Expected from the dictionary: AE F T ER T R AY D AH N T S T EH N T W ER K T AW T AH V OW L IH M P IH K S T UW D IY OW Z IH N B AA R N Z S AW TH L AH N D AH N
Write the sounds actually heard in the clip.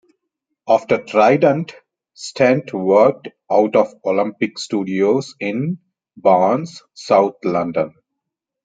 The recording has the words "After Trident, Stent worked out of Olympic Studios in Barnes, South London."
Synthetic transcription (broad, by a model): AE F T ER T R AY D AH N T S T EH N T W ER K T AW T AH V OW L IH M P IH K S T UW D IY OW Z IH N B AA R N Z S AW T L AH N D AH N